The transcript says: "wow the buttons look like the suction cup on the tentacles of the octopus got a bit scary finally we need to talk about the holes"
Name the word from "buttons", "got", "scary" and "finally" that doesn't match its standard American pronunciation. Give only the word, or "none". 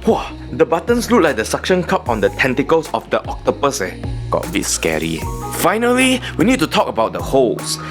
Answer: buttons